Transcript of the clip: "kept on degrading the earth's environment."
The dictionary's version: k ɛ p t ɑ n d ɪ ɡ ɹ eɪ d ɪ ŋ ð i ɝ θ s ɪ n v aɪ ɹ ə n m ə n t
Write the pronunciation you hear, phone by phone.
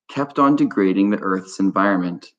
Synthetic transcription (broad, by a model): k ɛ p t n d ɪ ɡ ɹ eɪ d ɪ ŋ ð i ɝ θ s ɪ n v aɪ ɹ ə n m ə n t